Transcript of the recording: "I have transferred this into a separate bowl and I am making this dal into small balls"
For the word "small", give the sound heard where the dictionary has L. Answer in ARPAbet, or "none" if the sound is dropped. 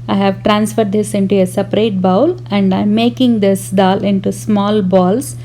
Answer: L